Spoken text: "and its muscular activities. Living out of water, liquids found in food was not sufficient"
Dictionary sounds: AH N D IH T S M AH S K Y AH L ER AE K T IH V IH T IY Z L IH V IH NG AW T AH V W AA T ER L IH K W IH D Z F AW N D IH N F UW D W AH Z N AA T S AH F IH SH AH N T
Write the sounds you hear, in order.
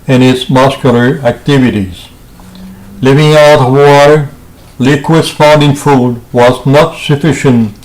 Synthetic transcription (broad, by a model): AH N IH T S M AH S K Y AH L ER AE K T IH V IH T IY Z L IH V IH NG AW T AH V W AA T ER L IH K W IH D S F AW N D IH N F UW D W AH Z N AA T S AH F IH SH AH N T